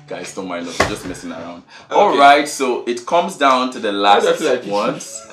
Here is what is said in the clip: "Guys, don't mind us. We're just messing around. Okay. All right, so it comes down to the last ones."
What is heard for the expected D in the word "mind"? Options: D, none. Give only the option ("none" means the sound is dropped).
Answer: none